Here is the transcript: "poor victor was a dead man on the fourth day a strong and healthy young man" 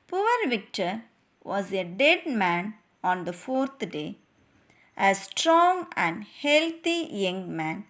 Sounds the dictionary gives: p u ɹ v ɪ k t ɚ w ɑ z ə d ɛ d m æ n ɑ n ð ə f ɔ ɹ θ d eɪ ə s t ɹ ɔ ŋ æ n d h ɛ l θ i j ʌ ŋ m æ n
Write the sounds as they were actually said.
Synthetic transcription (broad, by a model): p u ɹ v ɪ k t ɚ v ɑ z ə d ɛ d m æ n ɑ n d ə f ɔ ɹ t d eɪ ə s t ɹ ɔ ŋ æ n d h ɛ l t i j ʌ ŋ m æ n